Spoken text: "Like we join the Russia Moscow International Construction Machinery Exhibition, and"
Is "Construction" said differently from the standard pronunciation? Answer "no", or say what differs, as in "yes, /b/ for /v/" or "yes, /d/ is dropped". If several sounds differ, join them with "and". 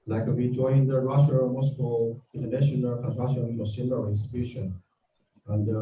yes, /s/ is dropped